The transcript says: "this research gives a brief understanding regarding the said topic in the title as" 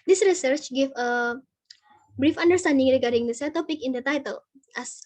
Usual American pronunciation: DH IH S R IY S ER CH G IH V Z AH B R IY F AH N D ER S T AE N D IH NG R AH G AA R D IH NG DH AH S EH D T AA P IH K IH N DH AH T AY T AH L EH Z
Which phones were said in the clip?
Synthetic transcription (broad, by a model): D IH S R IY S ER CH G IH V AH B R IY F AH N D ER S T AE N D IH NG R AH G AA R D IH NG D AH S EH T AA P IH K IH N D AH T AY T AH L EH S